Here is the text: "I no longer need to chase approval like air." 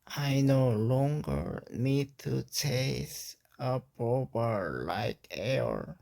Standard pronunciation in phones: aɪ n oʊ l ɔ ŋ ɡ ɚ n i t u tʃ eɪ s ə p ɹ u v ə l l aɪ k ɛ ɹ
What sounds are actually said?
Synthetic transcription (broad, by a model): aɪ n oʊ l ɔ ŋ ɡ ɚ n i t u tʃ eɪ s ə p ɹ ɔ b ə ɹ l aɪ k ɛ ɹ